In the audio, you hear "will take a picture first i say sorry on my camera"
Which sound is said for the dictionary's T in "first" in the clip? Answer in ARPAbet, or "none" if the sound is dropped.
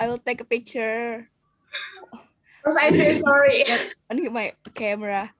none